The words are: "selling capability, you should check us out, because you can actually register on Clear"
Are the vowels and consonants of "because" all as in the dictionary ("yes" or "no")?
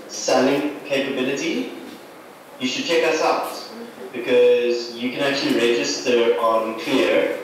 yes